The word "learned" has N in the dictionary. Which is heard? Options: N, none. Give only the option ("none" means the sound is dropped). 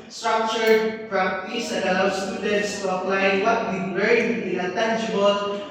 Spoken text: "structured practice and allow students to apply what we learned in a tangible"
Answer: none